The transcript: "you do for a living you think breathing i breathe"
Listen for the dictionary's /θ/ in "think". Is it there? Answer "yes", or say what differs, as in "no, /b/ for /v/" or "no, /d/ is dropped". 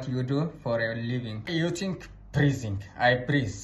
no, /t/ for /θ/